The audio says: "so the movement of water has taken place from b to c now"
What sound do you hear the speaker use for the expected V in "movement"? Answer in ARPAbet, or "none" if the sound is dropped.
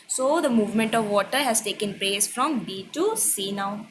V